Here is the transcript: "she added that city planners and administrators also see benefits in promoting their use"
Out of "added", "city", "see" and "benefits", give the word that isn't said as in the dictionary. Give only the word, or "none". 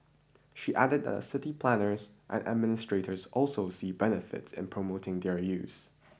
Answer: none